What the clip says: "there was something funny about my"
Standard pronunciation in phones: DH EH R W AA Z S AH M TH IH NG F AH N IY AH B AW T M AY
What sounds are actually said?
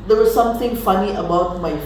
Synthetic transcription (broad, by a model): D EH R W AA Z S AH M T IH NG F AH N IY AH B AW T M AY